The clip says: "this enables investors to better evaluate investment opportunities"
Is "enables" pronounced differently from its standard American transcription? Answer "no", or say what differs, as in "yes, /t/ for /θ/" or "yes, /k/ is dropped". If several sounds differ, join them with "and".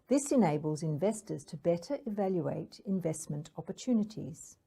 no